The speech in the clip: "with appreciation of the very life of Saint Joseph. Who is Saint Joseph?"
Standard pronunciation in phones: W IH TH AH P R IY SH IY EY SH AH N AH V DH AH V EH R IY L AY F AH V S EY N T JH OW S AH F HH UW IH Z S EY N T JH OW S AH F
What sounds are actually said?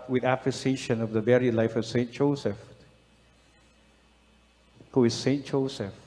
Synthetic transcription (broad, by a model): W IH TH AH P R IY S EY SH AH N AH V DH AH B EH R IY L AY F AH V S EY N T JH OW S AH F HH UW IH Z S EY N T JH OW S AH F